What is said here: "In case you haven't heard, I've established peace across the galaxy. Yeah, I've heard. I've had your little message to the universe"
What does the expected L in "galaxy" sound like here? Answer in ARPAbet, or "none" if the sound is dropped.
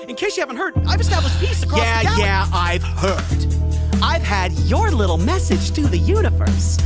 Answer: none